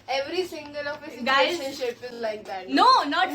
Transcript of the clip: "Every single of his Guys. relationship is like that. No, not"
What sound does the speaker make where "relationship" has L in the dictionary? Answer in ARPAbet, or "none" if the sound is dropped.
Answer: none